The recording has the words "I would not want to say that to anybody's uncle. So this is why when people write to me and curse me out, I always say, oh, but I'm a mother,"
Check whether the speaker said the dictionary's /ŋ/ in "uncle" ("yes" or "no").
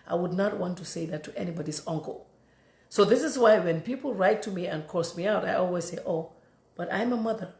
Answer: yes